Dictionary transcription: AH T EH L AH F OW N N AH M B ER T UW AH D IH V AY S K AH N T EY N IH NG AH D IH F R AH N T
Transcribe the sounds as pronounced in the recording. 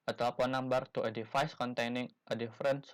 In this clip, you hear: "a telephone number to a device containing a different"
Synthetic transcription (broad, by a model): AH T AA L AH P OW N N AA M B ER T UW AH D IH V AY S K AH N T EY N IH NG AH D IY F R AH N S